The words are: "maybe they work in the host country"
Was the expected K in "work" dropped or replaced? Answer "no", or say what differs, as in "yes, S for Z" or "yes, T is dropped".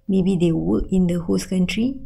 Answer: yes, K is dropped